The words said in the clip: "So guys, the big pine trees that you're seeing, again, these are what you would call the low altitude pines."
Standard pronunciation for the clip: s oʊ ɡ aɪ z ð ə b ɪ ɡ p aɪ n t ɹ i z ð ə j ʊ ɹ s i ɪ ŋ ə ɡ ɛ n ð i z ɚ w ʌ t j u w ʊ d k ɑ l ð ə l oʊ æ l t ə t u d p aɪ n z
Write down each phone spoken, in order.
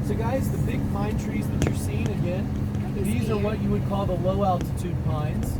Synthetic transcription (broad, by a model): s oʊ ɡ aɪ z ð ə b ɪ ɡ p aɪ n t ɹ i z ð ə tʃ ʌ ɹ s i ɪ ŋ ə ɡ ɛ n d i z ɚ w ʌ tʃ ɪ w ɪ d k ɑ l ð ə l oʊ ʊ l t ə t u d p aɪ n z